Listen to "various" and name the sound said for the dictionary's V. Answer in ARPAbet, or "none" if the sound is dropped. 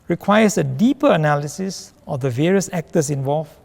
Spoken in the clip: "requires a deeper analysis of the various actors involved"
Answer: V